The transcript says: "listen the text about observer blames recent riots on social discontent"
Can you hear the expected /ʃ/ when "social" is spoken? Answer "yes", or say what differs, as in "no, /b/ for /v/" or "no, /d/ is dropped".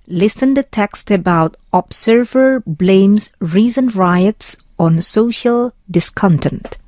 yes